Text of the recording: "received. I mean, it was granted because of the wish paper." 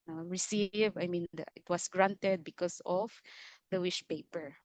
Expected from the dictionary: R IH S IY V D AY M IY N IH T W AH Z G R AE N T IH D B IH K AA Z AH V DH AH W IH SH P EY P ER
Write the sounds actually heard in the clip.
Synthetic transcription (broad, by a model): R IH S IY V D AY M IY N IH T W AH S G R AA N T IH D B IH K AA S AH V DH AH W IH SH P EY P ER